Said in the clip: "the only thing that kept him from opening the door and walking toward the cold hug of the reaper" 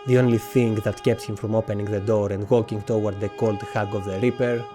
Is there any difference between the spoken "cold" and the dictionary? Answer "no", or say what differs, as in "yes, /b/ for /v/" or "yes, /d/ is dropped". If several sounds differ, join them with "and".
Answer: no